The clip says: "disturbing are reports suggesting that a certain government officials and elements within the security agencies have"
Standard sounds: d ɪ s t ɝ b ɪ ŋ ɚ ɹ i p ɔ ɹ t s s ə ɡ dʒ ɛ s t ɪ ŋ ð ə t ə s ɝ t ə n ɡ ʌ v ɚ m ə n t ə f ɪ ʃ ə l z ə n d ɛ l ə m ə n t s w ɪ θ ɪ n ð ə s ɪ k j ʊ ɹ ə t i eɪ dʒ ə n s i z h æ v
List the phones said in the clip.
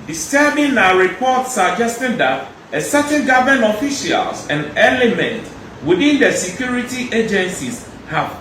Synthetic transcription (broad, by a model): d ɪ s t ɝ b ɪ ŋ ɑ ɹ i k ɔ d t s s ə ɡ dʒ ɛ s t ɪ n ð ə t ə s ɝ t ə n ɡ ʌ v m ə n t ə f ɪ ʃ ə l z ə n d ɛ l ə m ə n t w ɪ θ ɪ n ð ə s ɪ k j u ɹ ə t i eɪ dʒ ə n s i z h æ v